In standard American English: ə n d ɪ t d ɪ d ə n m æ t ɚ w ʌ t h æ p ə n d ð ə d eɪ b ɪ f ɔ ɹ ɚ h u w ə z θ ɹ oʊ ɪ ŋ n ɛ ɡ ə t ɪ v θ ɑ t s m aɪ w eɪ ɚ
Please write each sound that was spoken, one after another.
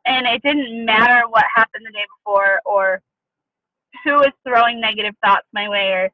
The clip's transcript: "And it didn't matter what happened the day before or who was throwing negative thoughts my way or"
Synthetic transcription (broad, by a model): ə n ɪ t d ɪ d n m æ t ɚ w ʌ t h æ p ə n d ð ə d eɪ b ɪ f ɔ ɹ ɚ h u w ə z θ ɹ oʊ ɪ ŋ n ɛ ɡ ə t ɪ v θ ɑ t s m aɪ w eɪ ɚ